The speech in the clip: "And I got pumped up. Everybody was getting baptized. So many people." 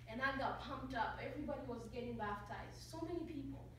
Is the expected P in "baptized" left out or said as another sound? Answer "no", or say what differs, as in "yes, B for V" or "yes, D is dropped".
yes, F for P